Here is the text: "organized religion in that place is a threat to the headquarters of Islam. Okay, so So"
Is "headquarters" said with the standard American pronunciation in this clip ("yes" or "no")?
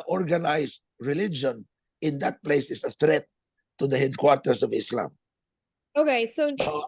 no